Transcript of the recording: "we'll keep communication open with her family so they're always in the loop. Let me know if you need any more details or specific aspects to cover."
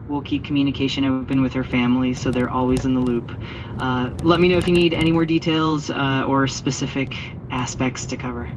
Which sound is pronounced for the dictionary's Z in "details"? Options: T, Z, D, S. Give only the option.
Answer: Z